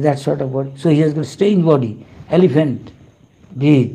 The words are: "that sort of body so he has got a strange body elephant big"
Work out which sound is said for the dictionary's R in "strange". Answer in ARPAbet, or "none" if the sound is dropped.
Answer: none